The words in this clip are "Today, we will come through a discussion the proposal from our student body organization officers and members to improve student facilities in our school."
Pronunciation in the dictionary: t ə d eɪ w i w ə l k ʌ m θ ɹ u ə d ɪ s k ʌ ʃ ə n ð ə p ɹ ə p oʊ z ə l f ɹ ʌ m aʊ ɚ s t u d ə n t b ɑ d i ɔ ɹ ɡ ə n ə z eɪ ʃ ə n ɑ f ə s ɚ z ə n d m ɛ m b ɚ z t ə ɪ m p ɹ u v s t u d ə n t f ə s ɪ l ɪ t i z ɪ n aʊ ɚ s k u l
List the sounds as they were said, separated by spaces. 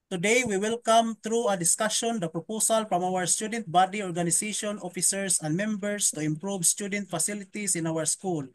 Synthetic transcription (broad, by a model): t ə d eɪ w i w ə l k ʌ m t ɹ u ə d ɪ s k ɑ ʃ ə n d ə p ɹ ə p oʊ s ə l f ɹ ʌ m aʊ ɚ s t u d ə n t b ɑ d i ɔ ɹ ɡ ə n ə s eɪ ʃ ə n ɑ f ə s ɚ s ə n d m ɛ m b ɚ s t ə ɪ m p ɹ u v s t u d ə n t f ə s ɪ l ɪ t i s ɪ n aʊ ɚ s k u l